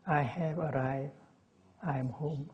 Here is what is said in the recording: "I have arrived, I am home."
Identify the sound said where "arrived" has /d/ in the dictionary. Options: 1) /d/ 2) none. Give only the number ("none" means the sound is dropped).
2